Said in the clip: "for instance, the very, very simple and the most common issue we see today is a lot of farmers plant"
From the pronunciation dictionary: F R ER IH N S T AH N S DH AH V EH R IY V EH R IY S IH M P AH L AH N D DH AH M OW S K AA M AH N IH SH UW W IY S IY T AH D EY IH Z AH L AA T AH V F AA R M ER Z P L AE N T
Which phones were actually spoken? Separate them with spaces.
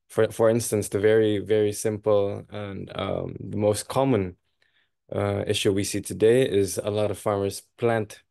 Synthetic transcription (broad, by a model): F R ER IH N S T AH N S DH AH V EH R IY V EH R IY S IH M P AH L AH N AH DH AH M OW S K AA M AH N IH SH UW W IY S IY T AH D EY IH Z AH L AA T AH V F AA R M ER Z P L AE N T